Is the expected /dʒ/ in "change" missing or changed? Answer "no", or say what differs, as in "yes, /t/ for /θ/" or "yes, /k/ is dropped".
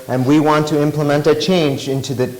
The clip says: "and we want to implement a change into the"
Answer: no